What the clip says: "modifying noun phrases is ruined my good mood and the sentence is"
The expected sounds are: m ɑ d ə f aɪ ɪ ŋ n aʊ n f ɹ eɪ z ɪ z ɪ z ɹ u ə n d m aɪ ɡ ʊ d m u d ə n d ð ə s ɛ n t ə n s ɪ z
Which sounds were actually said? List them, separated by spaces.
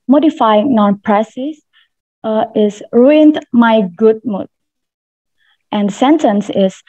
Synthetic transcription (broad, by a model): m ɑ d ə f aɪ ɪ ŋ n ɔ n p ɹ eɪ s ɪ s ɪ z ɹ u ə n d m aɪ ɡ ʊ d m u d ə n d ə s ɛ n t ə n s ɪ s